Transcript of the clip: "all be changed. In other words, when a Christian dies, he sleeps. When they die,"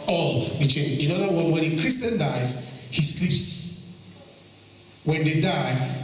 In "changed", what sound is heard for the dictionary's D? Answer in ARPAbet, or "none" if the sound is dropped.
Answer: none